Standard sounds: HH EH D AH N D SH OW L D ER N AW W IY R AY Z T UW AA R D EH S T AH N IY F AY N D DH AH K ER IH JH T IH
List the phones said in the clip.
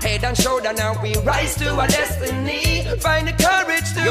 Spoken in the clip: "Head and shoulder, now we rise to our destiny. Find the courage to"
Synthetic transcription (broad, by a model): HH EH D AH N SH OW D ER N AW W IY R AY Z T UW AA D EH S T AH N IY F AY N D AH K ER IH JH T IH